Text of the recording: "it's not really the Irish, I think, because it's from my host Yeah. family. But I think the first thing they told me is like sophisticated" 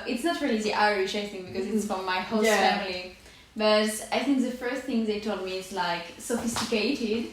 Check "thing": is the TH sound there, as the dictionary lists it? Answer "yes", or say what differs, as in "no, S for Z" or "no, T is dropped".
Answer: yes